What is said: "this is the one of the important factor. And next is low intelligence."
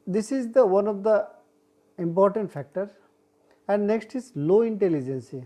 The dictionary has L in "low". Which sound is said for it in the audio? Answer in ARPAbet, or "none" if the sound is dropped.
L